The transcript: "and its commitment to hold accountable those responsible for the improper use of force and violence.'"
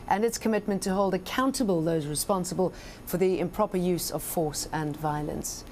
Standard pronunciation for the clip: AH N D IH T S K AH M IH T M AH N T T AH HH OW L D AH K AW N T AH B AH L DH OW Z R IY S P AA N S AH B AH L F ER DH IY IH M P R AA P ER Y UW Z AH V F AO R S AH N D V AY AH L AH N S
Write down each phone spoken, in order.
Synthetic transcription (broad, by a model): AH N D IH T S K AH M IH T M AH N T T AH HH OW L D AH K AW N T AH B AH L DH OW Z R IY S P AA N S AH B AH L F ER DH IY IH M P R AA P ER Y UW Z AH V F AO R S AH N V AY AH L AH N S